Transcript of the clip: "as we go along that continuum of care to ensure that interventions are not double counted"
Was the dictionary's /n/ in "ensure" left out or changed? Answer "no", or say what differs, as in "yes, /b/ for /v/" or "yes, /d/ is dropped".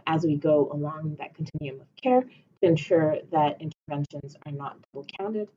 no